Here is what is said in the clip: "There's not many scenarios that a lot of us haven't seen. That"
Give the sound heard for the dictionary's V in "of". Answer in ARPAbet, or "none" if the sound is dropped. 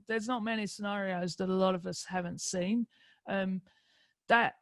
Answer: V